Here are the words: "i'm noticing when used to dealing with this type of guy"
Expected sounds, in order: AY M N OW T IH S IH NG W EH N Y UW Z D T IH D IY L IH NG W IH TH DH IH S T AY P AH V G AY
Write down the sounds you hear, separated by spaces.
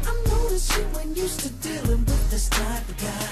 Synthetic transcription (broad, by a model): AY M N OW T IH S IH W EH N Y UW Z T IH D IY L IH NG W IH DH IH S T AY AH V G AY